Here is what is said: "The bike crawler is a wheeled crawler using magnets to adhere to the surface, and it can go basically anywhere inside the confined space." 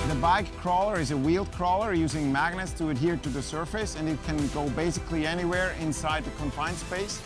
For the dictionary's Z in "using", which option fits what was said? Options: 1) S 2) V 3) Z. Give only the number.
3